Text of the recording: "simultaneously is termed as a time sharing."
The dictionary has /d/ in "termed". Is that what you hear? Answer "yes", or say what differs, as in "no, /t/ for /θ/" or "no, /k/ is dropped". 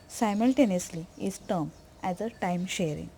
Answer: no, /d/ is dropped